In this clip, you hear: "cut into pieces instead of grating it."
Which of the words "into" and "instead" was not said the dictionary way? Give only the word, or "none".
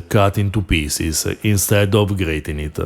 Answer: none